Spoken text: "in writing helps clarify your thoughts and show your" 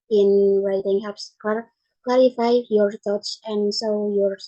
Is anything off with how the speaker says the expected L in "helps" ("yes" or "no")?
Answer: yes